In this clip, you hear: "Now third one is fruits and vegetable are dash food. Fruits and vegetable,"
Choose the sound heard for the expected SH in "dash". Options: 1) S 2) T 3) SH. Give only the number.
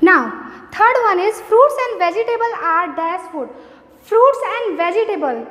1